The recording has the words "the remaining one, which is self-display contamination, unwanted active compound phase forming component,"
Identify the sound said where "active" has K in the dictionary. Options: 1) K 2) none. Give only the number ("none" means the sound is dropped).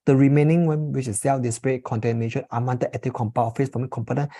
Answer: 2